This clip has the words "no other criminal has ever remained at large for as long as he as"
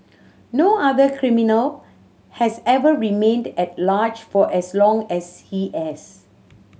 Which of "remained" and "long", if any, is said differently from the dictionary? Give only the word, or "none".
none